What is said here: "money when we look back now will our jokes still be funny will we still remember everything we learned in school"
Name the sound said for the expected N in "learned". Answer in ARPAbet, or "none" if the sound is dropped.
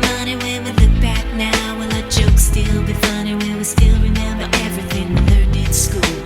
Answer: none